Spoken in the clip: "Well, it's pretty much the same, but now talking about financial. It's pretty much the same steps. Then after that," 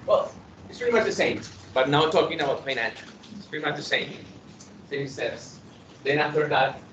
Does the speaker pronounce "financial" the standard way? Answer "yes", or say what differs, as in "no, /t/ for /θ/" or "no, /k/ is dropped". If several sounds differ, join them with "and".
no, /p/ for /f/ and /n/ is dropped and /ʃ/ is dropped